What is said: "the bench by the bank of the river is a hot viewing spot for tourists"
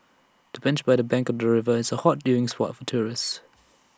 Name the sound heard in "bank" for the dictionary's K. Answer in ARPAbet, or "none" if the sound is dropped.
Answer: K